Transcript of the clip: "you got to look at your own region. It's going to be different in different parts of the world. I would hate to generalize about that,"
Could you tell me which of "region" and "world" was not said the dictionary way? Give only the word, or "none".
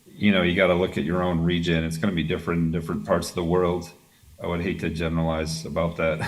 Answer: none